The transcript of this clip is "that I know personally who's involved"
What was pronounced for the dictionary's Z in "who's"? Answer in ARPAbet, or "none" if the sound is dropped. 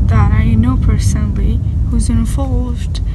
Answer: Z